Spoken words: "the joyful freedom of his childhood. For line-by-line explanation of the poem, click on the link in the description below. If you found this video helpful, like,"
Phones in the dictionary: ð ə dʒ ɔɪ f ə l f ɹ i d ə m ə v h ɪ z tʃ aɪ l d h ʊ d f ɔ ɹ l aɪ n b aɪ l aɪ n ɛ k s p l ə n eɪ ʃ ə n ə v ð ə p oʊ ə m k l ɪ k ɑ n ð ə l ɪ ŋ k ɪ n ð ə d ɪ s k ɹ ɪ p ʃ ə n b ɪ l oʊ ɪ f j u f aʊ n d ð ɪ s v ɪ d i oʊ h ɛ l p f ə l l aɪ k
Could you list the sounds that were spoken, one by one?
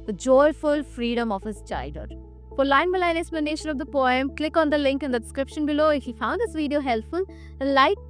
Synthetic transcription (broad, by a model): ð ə dʒ ɔɪ f ə l f ɹ i d ə m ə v h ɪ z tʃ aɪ d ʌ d f ɔ ɹ l aɪ n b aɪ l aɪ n ɛ k s p l ə n eɪ ʃ ə n ə v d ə p oʊ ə m k l ɪ k ɑ n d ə l ɪ ŋ k ɪ n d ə d ɪ s k ɹ ɪ p ʃ ə n b ɪ l oʊ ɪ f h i f aʊ n d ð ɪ s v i d i oʊ h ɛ l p f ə l l aɪ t